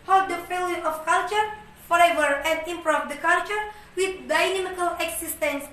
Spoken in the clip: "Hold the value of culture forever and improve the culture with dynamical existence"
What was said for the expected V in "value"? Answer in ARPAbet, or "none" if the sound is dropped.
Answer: F